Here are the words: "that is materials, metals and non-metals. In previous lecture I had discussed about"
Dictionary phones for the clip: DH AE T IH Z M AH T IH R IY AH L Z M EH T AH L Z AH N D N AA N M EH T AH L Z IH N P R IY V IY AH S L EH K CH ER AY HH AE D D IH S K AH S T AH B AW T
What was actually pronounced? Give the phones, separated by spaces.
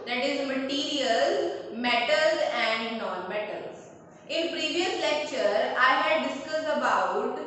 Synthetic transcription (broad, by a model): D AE T IH Z M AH T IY R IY AH L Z M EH T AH L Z AH N D N AA N M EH T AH L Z IH N P R IY V IY AH S L EH K CH ER AY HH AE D D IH S K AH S AH B AW T